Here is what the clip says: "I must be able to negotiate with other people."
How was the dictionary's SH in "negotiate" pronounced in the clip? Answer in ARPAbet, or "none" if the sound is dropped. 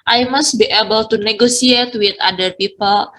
S